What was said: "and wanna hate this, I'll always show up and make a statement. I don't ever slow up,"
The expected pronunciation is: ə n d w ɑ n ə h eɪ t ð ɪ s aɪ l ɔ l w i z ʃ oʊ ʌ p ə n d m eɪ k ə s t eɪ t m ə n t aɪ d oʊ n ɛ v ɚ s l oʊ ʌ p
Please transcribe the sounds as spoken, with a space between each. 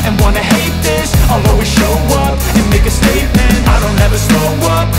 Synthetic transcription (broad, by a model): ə n w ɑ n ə h eɪ t ð ɪ s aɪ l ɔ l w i ʃ oʊ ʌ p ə n m eɪ k ə s t eɪ t m ə n t aɪ d oʊ n ɛ v ɚ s oʊ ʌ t